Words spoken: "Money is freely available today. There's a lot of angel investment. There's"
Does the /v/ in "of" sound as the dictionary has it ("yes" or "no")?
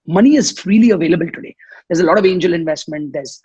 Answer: yes